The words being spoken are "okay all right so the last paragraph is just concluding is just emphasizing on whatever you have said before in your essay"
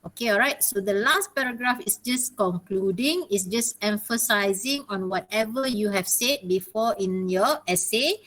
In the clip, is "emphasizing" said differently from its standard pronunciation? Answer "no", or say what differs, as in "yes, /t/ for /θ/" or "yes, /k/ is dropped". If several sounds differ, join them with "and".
no